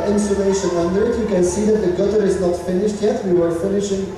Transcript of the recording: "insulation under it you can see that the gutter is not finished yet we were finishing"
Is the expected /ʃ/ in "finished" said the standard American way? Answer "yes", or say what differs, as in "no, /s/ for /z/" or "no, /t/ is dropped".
yes